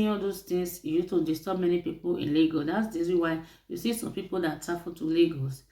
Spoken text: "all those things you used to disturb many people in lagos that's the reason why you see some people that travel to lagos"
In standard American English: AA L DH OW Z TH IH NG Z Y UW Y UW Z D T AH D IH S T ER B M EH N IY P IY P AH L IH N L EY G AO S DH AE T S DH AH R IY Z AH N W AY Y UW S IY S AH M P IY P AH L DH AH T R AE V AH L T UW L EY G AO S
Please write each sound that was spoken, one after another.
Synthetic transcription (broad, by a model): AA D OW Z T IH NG S Y UW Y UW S T AH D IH S T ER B M EH N IY P IY P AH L IH N L EY G AO S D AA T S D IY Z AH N W AY Y UW S IY S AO M P IY P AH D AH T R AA F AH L T UW L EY G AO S